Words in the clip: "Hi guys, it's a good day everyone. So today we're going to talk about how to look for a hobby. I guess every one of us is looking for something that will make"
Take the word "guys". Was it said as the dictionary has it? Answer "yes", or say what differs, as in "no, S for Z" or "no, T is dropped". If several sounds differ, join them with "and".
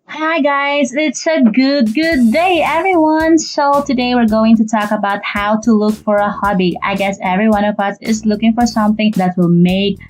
yes